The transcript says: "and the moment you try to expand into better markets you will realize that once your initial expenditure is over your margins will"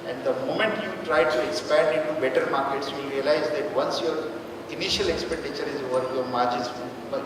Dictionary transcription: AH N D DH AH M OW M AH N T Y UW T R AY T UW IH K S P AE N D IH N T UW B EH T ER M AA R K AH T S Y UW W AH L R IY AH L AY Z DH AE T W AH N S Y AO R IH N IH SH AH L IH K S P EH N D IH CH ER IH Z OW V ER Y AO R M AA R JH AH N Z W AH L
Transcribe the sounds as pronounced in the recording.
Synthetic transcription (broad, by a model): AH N D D AH M OW M AH N T Y UW T R AY T UW IH K S P AE N D IH N T UW B EH T ER M AA R K AH T S Y UW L R IY AH L AY Z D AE T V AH N S Y AO R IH N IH SH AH L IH K S P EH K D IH CH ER IH Z OW V ER Y AO R M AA R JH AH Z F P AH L